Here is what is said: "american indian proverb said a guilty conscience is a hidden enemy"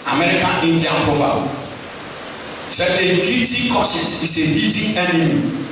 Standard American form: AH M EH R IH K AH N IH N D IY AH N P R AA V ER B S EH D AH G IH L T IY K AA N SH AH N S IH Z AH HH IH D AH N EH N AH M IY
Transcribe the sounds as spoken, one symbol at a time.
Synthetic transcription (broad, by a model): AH M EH R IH K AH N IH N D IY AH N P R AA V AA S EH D AH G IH T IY K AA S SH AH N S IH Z AH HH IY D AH EH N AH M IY